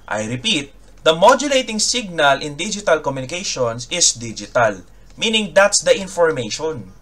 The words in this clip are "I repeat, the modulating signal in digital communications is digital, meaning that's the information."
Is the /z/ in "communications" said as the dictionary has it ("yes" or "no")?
no